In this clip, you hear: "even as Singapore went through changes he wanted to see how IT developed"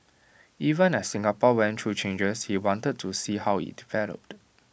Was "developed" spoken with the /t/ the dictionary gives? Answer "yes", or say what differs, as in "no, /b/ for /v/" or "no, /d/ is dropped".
yes